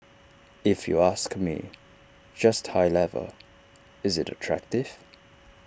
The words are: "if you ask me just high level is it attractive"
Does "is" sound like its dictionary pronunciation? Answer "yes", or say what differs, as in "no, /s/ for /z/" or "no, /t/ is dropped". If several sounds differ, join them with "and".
yes